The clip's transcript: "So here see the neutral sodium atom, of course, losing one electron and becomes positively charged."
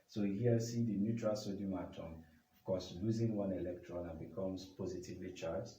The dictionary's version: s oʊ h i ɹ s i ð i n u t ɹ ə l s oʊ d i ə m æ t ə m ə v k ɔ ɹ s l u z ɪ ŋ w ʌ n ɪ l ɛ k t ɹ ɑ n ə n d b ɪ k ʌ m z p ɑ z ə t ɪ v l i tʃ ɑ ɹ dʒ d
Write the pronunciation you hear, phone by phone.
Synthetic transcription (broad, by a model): s oʊ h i s i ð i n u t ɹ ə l s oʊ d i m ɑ t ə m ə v k ɔ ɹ s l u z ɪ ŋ w ʌ n ɪ l ɛ k t ɹ ɑ n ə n b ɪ k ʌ m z p ɑ z ə t ɪ v l i tʃ ɑ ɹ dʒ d